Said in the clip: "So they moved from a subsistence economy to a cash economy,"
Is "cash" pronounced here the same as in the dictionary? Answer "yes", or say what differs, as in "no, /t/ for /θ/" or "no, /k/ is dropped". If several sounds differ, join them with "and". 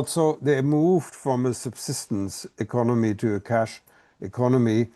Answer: yes